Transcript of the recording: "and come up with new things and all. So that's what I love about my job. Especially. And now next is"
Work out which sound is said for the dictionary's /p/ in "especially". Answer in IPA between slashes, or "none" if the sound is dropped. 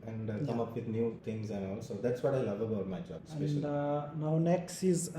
none